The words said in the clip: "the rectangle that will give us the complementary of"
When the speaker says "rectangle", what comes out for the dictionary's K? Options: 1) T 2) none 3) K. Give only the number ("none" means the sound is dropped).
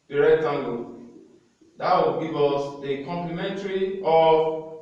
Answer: 2